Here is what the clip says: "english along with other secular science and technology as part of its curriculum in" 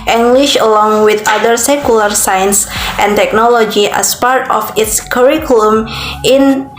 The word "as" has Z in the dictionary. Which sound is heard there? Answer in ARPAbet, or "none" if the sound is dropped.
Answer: S